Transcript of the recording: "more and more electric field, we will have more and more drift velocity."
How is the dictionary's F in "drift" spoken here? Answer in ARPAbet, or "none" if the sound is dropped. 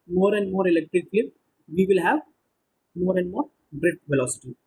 none